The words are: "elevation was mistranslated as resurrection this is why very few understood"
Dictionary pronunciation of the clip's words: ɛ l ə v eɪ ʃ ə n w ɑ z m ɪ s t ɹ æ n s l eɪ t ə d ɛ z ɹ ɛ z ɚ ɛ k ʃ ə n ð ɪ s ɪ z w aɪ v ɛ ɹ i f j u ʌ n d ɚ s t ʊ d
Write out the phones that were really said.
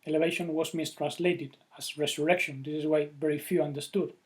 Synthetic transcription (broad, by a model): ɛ l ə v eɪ ʃ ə n w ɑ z m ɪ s t ɹ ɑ n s l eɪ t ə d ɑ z ɹ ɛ s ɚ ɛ k ʃ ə n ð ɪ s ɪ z w aɪ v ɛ ɹ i f j u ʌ n d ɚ s t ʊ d